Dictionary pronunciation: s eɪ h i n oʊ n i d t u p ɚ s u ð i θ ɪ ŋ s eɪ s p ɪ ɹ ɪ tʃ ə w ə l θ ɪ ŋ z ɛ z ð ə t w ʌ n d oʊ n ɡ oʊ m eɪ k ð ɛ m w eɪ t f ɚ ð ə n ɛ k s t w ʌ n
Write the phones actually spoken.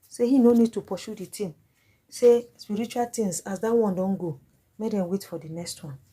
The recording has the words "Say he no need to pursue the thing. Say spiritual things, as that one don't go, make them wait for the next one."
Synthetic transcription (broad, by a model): s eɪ h i n oʊ n i d t u p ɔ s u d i t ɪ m s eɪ s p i ɹ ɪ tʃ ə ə l t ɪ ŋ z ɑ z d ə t w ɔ n d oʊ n ɡ oʊ m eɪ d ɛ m w eɪ t f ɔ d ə n ɛ k s t w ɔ n